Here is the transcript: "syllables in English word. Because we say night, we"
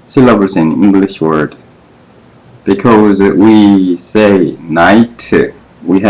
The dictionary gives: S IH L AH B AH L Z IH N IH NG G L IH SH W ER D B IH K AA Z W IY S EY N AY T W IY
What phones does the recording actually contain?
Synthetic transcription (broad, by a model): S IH L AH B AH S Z IH N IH NG G L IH SH W ER D B IH K AA Z W IY S EY N AY T W IY